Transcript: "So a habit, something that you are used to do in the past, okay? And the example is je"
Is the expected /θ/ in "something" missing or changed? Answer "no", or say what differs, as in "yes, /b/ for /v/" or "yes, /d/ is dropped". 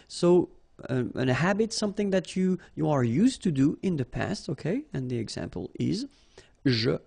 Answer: no